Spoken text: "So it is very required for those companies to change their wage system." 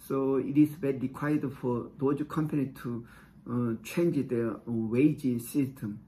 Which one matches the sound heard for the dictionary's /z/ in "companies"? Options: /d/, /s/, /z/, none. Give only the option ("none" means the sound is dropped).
none